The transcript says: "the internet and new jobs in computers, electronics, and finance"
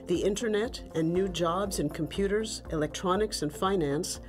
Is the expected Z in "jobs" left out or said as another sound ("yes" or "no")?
no